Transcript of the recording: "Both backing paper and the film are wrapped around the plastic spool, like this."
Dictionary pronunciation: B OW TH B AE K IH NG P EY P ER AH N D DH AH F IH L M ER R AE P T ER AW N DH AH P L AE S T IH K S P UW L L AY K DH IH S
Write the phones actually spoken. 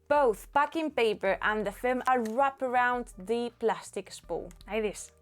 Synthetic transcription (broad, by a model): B OW TH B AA K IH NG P EY P ER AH N DH AH F IH L M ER R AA P ER AW N DH AH P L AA S T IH K S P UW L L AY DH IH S